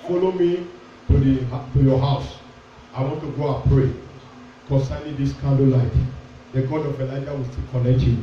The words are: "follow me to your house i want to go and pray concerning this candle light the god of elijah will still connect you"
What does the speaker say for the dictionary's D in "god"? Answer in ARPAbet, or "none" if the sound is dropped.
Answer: D